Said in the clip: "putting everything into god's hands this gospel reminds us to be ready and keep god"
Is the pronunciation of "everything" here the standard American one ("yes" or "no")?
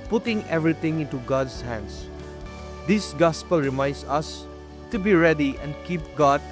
no